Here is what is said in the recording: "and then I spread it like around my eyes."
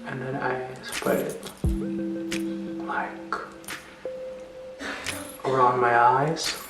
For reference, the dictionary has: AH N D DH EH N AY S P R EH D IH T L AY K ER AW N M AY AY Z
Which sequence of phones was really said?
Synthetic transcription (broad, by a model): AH N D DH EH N AY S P EH IH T L AY K ER AW N M AY AY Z